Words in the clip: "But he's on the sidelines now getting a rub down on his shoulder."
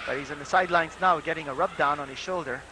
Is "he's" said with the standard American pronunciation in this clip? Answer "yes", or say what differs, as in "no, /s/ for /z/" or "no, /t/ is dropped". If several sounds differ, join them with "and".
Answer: yes